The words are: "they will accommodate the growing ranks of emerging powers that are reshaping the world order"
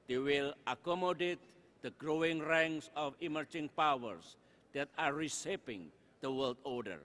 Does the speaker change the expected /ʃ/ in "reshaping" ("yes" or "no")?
yes